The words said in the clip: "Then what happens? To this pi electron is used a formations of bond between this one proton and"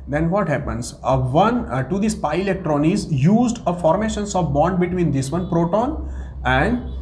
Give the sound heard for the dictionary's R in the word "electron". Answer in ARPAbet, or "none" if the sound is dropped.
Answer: R